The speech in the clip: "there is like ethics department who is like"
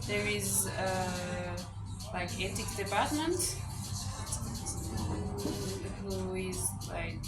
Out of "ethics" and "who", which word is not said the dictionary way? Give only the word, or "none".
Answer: ethics